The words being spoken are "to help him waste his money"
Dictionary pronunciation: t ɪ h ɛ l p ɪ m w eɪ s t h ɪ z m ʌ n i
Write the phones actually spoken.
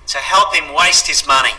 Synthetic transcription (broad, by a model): t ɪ h ɛ l p ɪ m w eɪ s t h ɪ z m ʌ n i